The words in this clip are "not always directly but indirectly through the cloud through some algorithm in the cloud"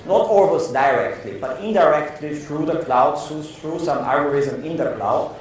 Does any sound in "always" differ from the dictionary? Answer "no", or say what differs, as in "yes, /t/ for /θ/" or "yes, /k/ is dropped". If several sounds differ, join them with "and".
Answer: yes, /s/ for /z/